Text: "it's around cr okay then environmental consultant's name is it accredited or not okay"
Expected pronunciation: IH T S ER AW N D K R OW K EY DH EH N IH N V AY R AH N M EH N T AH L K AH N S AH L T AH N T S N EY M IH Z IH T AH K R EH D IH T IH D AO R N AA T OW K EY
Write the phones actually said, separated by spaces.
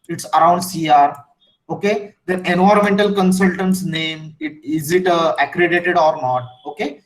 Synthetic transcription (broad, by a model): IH T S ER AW N D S R OW K EY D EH IH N AO R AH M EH N T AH L K AH N S AH L T AH N T S N EY M IH Z IH T AH K R EH D IH T IH D AO R N AA T OW K EY